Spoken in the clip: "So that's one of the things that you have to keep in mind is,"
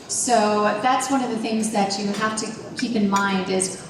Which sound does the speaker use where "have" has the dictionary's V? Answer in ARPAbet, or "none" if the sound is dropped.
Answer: F